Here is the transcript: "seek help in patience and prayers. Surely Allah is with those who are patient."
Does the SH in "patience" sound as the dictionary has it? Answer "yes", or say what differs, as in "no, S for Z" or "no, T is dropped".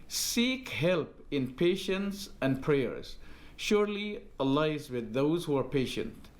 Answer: yes